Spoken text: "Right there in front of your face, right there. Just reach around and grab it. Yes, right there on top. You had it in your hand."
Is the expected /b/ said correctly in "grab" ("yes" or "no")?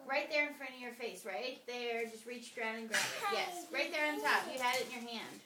no